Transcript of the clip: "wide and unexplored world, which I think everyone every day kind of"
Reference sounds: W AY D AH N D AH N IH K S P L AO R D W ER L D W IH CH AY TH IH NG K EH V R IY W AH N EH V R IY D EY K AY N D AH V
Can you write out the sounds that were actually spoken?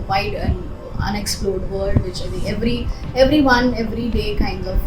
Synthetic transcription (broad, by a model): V AY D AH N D AH N IH K S P L AO R D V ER D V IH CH AY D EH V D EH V R IY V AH N EH V R IY D EY K AY N D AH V